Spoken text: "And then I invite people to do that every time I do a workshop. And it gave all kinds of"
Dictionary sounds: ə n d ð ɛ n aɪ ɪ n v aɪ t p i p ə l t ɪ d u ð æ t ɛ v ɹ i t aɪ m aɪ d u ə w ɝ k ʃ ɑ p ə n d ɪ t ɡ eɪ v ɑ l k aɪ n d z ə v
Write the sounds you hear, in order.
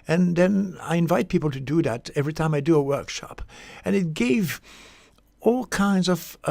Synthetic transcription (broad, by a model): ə n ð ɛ n aɪ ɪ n v aɪ t p i p l t ɪ d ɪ ð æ t ɛ v ɹ i t aɪ m aɪ d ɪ ə w ɝ k ʃ ɑ p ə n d ɪ t ɡ eɪ v ɑ l k aɪ n d z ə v